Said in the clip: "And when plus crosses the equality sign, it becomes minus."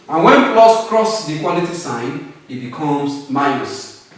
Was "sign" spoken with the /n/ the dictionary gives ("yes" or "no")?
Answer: yes